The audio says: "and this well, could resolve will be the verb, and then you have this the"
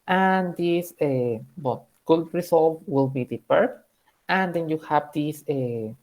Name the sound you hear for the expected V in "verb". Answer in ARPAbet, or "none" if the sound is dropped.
P